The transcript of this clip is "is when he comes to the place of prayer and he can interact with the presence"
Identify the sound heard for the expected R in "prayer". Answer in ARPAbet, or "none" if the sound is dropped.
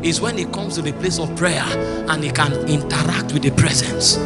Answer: R